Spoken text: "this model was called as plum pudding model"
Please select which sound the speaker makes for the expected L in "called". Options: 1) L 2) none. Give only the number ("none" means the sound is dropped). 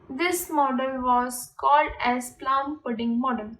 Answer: 1